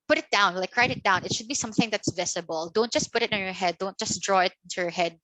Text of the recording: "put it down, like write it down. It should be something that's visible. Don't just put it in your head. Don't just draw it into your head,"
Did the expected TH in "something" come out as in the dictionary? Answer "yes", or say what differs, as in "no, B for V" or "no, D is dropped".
yes